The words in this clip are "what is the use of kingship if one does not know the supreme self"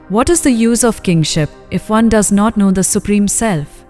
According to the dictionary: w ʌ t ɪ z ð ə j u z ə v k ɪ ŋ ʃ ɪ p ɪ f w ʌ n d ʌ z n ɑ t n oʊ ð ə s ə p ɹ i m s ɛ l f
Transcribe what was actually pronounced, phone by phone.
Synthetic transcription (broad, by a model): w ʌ t ɪ z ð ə j u z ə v k ɪ ŋ ʃ ɪ p ɪ f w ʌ n d ʌ z n ɑ t n oʊ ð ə s ə p ɹ i m s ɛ l f